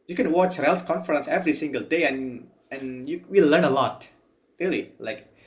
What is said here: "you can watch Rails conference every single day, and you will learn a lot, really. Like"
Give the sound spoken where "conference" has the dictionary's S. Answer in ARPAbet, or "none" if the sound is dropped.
S